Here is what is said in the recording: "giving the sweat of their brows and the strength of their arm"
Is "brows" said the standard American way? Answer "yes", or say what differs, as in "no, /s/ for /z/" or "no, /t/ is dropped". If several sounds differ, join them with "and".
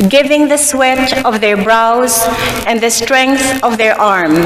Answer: yes